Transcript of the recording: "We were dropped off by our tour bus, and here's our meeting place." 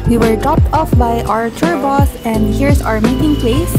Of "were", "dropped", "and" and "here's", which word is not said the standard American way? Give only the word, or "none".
here's